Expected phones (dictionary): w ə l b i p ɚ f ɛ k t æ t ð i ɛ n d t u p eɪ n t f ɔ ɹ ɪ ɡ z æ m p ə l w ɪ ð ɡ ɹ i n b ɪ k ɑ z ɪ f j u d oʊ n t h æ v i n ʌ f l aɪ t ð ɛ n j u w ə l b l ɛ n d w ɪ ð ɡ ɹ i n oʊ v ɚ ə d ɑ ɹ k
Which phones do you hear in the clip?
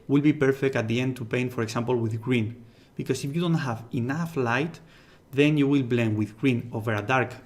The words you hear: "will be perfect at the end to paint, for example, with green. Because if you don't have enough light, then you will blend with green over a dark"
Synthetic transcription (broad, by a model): w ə l b i p ɚ f ɛ k t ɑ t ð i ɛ n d t u p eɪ n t f ɔ ɹ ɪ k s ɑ m p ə l w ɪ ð ɡ ɹ i n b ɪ k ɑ s ɪ f j u d oʊ n t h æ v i n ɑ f l aɪ t ð ɛ n j u w ə l b l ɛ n w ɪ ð ɡ ɹ i n oʊ v ɚ ə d ɑ ɹ k